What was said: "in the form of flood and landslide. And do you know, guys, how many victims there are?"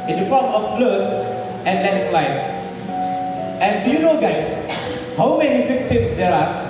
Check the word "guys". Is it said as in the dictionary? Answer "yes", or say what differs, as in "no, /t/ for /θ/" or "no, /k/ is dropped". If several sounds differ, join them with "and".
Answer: no, /s/ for /z/